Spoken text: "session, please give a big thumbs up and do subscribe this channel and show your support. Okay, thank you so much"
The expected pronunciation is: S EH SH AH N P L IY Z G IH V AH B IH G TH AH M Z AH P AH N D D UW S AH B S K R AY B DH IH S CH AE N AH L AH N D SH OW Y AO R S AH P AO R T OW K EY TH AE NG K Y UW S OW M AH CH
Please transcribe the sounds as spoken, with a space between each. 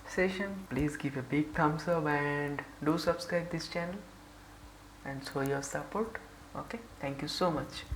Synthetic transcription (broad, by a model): S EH SH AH N P L IY Z G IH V AH B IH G T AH M S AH B AH N D D UW S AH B S K R AY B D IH S CH AE N AH L AH N D S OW Y AO R S AH P AO R T OW K EY T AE NG K Y UW S OW M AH CH